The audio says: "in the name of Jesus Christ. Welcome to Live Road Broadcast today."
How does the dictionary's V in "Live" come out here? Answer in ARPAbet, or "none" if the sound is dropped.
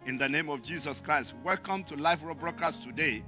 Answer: F